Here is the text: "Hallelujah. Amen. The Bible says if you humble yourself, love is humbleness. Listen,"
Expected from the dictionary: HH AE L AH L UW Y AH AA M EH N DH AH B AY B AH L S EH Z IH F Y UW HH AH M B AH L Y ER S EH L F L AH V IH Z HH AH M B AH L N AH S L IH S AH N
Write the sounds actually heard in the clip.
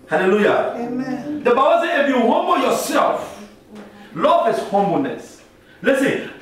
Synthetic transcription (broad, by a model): HH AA L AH L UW Y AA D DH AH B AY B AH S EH IH F Y UW HH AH M B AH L Y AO S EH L F L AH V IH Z HH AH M B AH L N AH S L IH S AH N